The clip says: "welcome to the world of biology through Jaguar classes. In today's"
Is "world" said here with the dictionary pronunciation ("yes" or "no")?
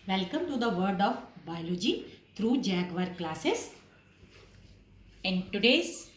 no